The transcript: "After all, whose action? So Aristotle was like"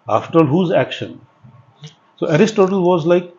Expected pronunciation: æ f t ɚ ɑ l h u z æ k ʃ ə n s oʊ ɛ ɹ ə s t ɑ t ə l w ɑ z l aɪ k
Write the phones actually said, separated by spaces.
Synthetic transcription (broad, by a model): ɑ f t ɚ ɑ l h u z æ k ʃ ə n s oʊ ɛ ɹ ə s t ɑ t ə l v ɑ z l aɪ k